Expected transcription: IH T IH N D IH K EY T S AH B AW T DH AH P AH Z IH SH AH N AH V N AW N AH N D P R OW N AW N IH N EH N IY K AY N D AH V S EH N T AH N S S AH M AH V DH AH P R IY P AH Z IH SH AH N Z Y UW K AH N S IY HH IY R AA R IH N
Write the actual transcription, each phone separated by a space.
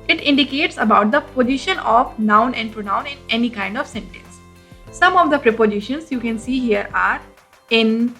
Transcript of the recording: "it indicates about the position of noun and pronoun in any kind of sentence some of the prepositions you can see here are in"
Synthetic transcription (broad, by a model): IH T IH N D IH K EY T S AH B AW T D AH P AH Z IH SH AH N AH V N AW N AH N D P R OW N AW N IH N EH N IY K AY N D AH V S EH N T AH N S S AH M AH V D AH P R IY P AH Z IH SH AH N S Y UW K AH N S IY HH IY R AA R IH N